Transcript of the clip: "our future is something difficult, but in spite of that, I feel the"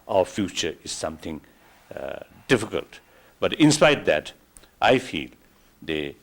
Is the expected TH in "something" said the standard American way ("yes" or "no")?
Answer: no